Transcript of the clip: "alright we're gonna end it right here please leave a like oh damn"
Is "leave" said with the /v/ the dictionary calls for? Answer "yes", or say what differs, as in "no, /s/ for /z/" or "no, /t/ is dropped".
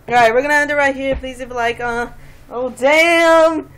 no, /b/ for /v/